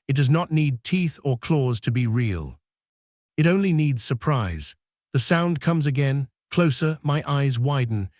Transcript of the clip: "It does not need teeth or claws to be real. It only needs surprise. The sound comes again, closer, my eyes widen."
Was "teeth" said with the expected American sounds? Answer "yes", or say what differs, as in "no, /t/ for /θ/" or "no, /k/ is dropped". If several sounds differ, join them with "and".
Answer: yes